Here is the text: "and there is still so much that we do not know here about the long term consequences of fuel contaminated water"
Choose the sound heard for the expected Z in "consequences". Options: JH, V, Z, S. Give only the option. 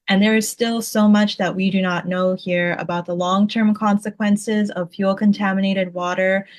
Z